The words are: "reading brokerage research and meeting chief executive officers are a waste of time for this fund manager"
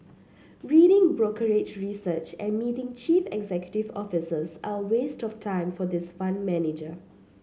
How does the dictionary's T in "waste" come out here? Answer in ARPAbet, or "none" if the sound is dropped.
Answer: T